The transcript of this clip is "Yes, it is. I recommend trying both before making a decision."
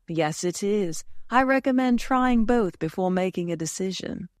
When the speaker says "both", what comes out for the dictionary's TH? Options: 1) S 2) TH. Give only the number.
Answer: 2